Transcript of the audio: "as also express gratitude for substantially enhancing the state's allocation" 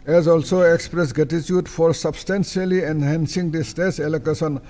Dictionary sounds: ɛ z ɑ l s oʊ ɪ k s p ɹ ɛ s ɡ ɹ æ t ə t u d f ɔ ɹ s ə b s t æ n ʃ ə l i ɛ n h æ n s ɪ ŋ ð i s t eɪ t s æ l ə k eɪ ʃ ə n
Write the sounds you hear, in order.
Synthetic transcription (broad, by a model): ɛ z ɑ l s oʊ ɪ k s p ɹ ɛ s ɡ ɛ t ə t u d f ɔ ɹ s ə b s t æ n s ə l i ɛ n h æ n s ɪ ŋ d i s t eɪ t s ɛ l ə k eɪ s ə n